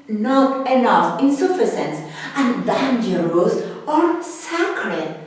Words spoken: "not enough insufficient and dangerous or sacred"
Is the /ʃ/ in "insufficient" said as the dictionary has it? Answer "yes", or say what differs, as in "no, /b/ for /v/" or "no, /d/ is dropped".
no, /s/ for /ʃ/